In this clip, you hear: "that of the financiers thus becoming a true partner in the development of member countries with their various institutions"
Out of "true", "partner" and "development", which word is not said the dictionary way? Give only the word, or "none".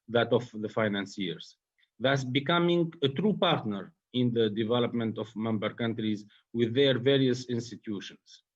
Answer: none